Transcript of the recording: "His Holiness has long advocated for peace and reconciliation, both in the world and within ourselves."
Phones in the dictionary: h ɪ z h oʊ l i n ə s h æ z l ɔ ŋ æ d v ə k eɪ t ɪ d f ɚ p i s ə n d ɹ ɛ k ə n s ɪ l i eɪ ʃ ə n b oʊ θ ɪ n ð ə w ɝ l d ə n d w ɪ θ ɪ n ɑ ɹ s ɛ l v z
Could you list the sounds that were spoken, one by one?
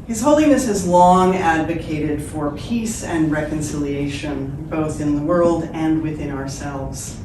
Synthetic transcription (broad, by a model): h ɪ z h oʊ l i n ə s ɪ z l ɔ ŋ æ d v ə k eɪ t ɪ d f ɚ p i s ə n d ɹ ɛ k ə n s ɪ l i eɪ ʃ ə n b oʊ θ ɪ n ð ə w ɝ l d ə n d w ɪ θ ɪ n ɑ ɹ s ɛ l v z